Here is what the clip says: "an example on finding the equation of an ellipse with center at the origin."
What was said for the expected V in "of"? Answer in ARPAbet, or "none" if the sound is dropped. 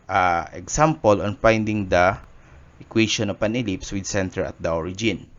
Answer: P